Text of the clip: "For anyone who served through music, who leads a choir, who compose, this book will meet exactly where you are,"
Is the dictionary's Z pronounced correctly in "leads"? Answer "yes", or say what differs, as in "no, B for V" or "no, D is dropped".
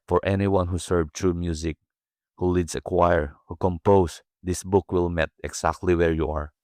no, S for Z